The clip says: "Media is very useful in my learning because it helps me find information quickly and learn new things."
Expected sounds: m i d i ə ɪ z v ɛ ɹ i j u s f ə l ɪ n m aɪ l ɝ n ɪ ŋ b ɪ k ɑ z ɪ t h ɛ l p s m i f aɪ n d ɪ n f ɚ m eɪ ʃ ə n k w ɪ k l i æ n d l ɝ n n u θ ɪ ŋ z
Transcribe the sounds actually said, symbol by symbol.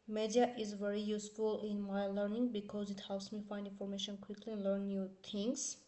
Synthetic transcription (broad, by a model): m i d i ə ɪ z v ɛ ɹ i j u s f ə l ɪ n m aɪ l ɝ n ɪ ŋ b ɪ k ɑ z ɪ t h ɛ l p s m i f aɪ n d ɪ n f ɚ m eɪ ʃ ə n k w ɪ k l i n l ɝ n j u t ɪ ŋ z